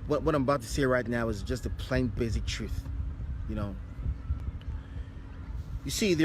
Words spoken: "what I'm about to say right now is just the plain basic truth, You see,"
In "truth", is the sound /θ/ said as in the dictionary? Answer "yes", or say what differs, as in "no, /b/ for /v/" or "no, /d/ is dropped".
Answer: yes